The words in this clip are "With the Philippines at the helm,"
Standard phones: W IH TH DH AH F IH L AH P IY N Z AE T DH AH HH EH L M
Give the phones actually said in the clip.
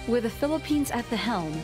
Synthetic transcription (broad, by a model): W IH DH AH F IH L AH P IY N Z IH T DH AH HH EH L M